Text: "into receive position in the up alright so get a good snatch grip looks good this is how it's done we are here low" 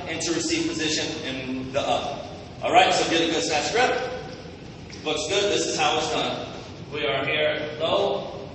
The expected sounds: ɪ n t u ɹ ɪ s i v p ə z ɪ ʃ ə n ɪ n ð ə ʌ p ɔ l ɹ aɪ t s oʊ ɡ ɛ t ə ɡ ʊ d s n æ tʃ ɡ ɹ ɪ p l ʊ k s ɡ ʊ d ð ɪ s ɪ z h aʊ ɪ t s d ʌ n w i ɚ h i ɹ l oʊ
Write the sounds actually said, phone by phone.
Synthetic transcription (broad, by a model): ɪ n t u ɹ ɪ s i v p ə z ɪ ʃ ə n ɪ n ð ə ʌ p ɔ l ɹ aɪ t s oʊ ɡ ɛ t ə ɡ ʊ d s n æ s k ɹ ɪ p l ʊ k s ɡ ʊ d ð ɪ s ɪ z h aʊ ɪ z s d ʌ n w i ɚ h i ɹ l oʊ